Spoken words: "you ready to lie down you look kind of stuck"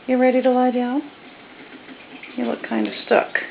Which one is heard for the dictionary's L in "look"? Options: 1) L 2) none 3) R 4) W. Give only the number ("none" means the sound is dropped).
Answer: 4